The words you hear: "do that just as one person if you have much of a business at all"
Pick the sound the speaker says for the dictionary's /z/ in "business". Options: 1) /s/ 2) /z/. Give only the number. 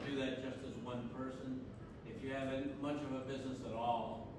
2